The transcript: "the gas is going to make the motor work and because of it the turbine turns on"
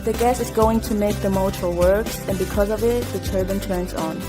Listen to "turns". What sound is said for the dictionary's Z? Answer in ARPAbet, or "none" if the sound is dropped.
Z